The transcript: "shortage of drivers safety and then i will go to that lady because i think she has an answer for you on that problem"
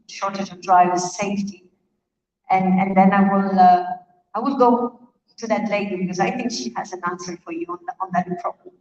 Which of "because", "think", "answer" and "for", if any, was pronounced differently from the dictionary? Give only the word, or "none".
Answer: none